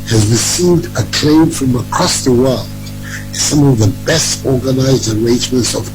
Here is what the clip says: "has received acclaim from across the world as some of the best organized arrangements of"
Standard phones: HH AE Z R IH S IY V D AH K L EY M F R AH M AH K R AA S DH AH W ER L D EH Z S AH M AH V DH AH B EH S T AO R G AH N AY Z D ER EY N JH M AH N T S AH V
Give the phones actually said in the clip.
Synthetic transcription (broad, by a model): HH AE Z R IH S IY V D AH K L EY M F R AH M AH K R AA S DH AH W ER L D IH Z S AH M AH V DH AH B EH S T AO R G AH N AY Z D ER EY N JH M AH N T S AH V